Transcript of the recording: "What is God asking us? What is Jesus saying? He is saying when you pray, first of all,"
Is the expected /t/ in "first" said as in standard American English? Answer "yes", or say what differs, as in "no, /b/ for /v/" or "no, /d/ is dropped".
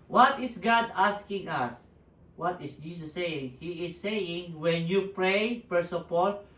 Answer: no, /t/ is dropped